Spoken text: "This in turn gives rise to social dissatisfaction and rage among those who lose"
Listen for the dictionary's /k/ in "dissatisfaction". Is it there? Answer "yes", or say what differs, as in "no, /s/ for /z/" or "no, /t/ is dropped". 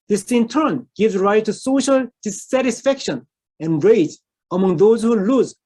yes